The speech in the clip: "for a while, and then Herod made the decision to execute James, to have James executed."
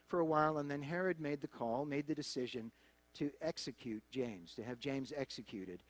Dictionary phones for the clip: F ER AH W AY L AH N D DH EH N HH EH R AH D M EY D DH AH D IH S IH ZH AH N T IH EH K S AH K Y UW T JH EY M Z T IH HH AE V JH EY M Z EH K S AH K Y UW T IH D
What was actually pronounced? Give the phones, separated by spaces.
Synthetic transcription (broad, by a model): F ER AH W AY L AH N DH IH N HH EH R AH D M EY D DH AH D IH S IH ZH AH N T IH EH K S AH K Y UW T JH EY M Z T IH V JH EY M Z EH K S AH K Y UW T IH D